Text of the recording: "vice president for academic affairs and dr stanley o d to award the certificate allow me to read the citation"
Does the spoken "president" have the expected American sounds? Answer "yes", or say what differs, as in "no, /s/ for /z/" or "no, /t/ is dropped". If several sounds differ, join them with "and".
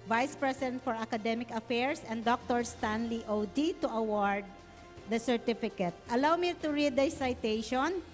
no, /s/ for /z/